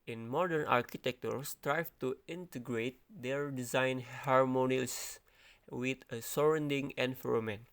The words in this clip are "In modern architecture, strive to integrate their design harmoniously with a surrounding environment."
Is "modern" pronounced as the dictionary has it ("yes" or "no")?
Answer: yes